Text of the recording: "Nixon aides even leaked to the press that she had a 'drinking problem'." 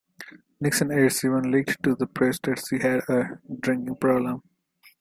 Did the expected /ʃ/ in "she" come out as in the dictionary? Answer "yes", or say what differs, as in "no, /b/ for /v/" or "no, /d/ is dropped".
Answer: no, /s/ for /ʃ/